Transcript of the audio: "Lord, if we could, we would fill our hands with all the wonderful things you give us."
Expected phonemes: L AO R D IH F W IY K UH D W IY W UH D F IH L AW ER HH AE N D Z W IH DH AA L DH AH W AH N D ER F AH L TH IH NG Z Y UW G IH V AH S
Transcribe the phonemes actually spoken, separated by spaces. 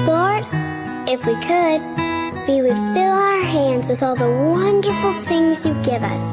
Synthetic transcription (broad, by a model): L AO R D IH F W IY K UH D W IY W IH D F IH L AW ER HH AE N D Z W IH DH AA L DH AH W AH N D ER F L TH IH NG Z Y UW G IH V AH S